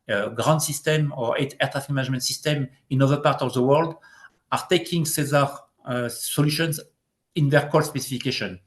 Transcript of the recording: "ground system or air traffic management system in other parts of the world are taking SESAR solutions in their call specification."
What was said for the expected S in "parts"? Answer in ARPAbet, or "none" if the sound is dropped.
none